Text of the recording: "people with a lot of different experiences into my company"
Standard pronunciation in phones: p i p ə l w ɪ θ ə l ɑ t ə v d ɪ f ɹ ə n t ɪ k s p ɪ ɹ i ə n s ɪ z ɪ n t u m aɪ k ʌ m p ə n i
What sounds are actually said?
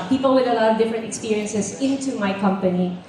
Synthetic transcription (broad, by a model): p i p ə l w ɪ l ə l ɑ ə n d ɪ f ɹ ə n t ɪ k s p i ɹ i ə n s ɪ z ɪ n t u m aɪ k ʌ m p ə n i